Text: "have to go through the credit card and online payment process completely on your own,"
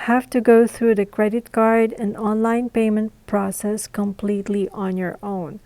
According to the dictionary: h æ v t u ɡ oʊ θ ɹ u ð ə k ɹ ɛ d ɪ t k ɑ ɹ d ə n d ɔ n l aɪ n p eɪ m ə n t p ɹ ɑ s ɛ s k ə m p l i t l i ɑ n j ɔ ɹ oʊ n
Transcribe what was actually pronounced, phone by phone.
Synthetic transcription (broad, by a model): h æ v t u ɡ oʊ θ ɹ u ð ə k ɹ ɛ d ɪ t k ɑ ɹ d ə n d ɔ n l aɪ n p eɪ m ə n t p ɹ ɑ s ɛ s k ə m p l i t l i ɑ n j ɔ ɹ oʊ n